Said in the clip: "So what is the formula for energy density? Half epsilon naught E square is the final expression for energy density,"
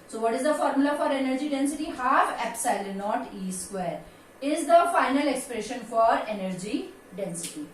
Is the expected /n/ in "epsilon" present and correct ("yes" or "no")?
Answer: no